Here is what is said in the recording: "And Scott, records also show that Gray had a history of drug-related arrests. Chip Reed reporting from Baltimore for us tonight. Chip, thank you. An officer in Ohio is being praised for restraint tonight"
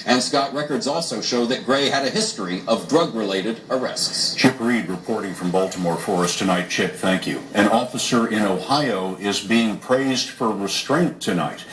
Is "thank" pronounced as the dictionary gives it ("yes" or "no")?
yes